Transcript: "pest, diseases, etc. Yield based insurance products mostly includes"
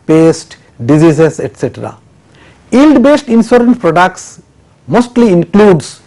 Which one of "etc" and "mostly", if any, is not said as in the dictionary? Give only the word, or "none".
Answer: none